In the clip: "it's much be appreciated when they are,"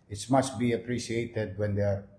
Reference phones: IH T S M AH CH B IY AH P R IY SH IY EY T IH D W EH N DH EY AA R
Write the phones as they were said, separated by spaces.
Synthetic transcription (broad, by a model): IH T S M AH S B IY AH P R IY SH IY EY T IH D W EH N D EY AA R